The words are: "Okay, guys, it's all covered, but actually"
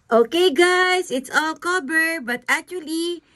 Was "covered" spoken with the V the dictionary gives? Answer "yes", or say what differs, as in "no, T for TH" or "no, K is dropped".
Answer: no, B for V